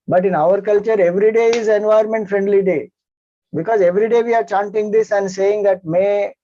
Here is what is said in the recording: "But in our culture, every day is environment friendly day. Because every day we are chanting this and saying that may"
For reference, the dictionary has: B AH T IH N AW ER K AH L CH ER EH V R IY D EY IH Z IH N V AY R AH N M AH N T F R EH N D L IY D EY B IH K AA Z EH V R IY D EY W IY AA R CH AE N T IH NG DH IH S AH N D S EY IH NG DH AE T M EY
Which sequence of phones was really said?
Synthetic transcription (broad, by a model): B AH T IH N AW ER K AH L CH ER EH V R IY D EY IH Z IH N V AY AH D M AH N T F R EH N D L IY D EY B IH K AA Z EH V R IY D EY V IY AA R CH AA N T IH NG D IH S AH N D S EY IH NG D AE T M EY